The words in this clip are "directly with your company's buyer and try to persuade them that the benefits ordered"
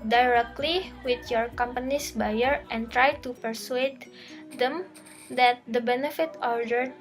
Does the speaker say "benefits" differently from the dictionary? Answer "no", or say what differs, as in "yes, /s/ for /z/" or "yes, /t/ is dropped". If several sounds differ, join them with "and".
yes, /s/ is dropped